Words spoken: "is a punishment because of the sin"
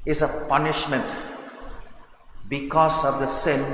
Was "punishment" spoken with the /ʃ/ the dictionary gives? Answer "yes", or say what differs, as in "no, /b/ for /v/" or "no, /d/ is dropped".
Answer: yes